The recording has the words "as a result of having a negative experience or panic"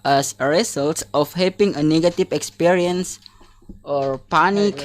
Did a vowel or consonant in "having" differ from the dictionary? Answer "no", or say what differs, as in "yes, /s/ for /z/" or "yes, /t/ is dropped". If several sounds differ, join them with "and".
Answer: yes, /p/ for /v/